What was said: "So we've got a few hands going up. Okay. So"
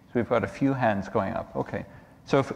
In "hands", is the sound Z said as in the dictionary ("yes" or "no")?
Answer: yes